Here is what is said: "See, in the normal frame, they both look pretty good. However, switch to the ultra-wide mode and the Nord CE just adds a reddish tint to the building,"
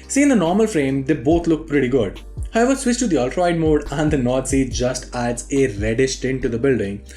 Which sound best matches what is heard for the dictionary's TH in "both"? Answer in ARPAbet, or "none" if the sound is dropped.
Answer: T